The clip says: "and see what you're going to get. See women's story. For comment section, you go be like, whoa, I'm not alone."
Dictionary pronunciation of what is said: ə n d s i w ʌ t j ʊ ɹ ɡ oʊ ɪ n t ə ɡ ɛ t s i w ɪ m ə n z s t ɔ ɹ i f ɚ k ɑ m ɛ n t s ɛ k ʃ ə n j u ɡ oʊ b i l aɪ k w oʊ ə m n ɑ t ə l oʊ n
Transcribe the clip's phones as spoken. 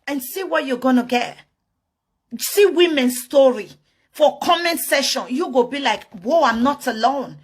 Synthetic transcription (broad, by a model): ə n s i w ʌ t j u ɡ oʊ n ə ɡ ɛ t s i w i m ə n s t ɔ ɹ i f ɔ k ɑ m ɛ n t s ɛ ʃ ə n j u ɡ oʊ b i l aɪ k w oʊ ə m n ɑ t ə l oʊ n